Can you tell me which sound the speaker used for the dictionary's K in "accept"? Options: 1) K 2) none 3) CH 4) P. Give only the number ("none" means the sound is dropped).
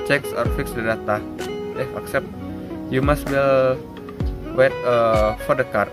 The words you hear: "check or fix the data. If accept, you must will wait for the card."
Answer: 1